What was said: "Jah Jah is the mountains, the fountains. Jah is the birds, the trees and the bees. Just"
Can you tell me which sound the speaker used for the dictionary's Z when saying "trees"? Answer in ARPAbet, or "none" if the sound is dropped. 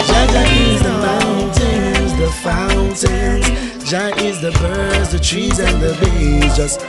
Z